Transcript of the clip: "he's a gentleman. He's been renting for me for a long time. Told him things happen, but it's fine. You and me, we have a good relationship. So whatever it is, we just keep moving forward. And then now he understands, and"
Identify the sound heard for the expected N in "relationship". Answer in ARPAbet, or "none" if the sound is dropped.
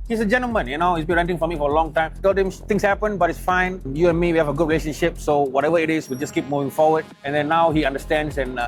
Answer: N